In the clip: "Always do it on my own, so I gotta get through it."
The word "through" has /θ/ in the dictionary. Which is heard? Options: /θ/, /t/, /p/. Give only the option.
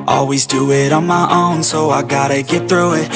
/θ/